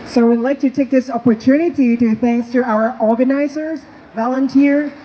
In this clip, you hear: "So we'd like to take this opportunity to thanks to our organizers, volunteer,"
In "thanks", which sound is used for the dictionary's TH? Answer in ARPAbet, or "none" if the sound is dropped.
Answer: TH